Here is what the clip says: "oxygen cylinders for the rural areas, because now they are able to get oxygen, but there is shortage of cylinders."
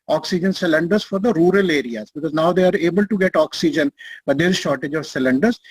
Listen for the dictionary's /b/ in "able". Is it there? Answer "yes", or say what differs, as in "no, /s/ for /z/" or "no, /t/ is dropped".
yes